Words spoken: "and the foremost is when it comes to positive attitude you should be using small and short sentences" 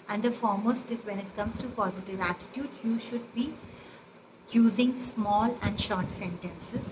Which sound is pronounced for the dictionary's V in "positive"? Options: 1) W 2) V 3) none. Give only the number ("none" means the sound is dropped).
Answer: 2